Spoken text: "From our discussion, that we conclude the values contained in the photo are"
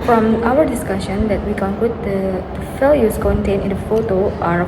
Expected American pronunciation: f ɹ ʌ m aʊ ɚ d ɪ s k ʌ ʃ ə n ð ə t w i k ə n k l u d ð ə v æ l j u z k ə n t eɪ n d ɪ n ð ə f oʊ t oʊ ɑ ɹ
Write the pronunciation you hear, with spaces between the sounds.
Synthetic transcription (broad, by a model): f ɹ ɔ m aʊ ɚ d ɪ s k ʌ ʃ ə n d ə t w i k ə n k l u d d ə f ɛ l j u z k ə n t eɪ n ɪ n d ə f oʊ t oʊ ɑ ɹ